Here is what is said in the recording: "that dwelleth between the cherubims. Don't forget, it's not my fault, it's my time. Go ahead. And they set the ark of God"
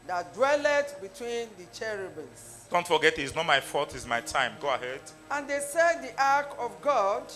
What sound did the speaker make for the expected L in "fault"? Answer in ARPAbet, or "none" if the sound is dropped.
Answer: none